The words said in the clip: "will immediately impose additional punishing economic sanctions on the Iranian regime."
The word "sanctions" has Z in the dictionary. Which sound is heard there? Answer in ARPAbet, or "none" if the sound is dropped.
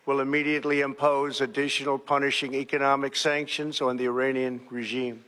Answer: Z